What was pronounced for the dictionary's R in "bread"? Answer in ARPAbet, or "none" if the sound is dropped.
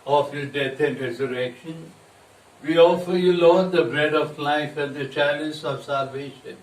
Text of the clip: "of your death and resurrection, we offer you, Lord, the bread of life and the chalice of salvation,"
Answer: R